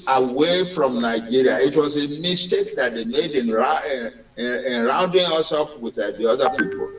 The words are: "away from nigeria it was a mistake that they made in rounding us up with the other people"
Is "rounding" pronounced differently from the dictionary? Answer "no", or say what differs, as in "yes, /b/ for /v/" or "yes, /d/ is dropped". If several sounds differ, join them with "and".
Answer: no